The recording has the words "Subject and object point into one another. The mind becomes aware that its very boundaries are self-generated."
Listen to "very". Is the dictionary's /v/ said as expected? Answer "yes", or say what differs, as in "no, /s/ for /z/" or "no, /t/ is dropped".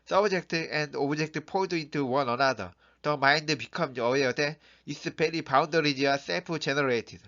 no, /b/ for /v/